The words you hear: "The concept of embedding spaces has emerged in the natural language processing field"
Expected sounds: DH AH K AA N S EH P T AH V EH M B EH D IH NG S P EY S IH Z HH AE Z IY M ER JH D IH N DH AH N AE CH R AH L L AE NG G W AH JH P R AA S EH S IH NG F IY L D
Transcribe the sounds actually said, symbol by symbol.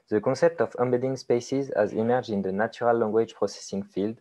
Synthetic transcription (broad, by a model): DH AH K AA S EH P T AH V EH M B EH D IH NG S P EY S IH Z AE Z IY M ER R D IH N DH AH N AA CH R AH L L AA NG G W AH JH P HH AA S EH S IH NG F IY L D